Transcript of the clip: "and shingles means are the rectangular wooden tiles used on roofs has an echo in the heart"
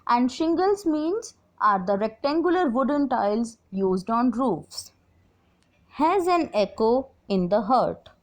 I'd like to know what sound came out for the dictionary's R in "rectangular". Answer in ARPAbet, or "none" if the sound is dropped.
R